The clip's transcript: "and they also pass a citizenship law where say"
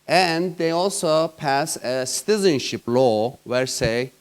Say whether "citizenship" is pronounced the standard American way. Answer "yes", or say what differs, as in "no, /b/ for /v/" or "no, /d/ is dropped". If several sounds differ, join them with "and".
yes